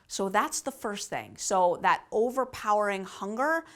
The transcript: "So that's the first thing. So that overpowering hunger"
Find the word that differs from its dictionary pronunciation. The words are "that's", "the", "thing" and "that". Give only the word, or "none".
none